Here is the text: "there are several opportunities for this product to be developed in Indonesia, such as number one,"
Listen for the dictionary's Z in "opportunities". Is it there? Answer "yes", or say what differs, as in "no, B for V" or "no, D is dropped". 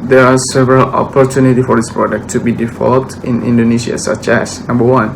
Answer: no, Z is dropped